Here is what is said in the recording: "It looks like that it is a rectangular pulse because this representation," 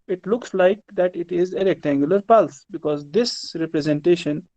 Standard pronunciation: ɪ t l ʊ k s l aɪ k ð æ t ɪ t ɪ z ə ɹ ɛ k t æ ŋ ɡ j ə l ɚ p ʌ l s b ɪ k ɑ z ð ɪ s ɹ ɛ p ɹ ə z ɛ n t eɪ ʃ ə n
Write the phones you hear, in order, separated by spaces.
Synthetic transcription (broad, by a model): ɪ t l ʊ k s l aɪ k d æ t ɪ t ɪ z ə ɹ ɛ k t æ ŋ ɡ j ə l ɚ p ʌ l s b ɪ k ɑ z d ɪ s ɹ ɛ p ɹ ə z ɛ n t eɪ ʃ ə n